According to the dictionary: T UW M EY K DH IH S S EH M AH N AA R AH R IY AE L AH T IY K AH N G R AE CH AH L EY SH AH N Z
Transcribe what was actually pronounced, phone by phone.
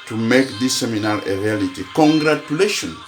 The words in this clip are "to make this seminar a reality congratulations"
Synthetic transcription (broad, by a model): T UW M EY K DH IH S S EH M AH N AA L AH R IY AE L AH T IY K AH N G R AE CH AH L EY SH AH N